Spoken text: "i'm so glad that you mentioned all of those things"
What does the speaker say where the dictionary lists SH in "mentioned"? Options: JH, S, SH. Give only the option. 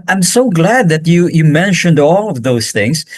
SH